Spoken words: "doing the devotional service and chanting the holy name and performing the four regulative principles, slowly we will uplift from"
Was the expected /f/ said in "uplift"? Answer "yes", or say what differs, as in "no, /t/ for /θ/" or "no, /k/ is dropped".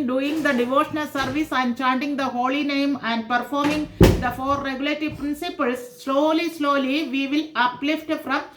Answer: yes